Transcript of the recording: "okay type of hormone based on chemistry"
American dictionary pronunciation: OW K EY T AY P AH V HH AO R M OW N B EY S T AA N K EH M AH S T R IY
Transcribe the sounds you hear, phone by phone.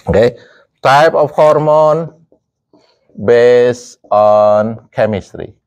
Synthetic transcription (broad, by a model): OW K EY T AY P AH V HH AO R M OW N B EY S AA N K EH M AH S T R IY